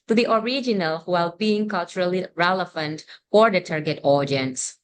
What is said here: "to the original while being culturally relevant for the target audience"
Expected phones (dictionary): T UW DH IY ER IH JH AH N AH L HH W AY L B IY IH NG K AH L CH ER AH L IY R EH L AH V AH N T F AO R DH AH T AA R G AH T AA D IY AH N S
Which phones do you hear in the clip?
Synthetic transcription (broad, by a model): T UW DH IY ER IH JH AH N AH L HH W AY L B IY IH NG K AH L CH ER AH L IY R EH L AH F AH N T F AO R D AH T AA R G AH T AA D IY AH N S